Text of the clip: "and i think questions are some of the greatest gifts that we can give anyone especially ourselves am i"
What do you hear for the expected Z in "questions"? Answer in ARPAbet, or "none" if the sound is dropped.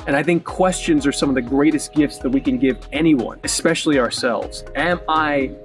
Z